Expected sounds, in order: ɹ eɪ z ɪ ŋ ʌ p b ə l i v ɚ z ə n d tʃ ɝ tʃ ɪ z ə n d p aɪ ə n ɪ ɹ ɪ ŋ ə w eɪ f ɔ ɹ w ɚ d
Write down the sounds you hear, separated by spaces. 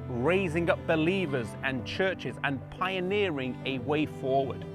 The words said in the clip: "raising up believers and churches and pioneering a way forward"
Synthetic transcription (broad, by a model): ɹ eɪ z ɪ ŋ ʌ p b ə l i v ɚ z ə n tʃ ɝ tʃ ɪ z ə n p aɪ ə n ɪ ɹ ɪ ŋ ə w eɪ f ɔ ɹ w ɚ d